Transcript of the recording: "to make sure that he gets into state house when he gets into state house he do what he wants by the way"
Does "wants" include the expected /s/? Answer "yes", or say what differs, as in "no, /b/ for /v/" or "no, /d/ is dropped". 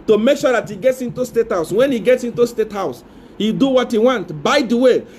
no, /s/ is dropped